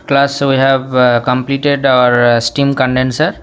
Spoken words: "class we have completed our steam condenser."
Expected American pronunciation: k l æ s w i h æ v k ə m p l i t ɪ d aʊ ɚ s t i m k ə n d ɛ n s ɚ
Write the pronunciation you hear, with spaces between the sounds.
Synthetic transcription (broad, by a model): k l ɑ s w i h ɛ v k ə m p l i t ɪ d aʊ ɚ s t i m k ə n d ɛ n s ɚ